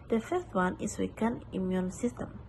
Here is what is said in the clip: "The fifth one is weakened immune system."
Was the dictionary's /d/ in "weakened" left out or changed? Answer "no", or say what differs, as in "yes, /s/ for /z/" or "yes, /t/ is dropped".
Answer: yes, /d/ is dropped